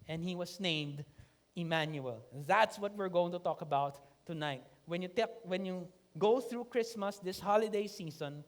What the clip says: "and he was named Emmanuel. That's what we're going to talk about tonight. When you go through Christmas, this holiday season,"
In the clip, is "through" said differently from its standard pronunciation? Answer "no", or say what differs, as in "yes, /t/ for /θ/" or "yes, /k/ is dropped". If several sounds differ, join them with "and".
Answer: no